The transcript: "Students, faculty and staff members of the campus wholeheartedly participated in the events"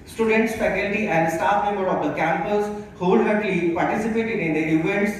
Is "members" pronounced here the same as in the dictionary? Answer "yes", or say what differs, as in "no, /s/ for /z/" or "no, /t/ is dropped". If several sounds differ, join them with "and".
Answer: no, /z/ is dropped